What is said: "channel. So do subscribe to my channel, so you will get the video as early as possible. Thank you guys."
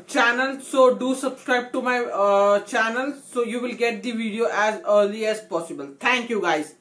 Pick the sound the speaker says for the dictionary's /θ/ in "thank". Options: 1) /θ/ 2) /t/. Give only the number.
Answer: 2